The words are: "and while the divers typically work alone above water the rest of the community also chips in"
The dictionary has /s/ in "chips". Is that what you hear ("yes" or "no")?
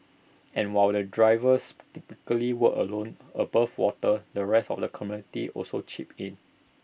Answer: no